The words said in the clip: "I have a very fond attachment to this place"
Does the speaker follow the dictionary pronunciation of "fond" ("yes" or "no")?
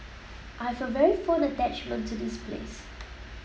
no